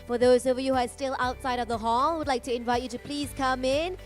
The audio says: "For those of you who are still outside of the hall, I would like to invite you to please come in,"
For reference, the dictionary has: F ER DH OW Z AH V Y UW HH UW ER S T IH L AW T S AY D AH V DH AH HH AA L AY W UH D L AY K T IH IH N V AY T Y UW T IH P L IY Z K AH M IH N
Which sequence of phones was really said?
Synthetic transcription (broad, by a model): F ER DH OW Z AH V Y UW HH UW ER S T IH L AW T S AY D AH V DH AH HH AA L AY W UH D L AY K T IH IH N V AY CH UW T IH P L IY Z K AH M IH N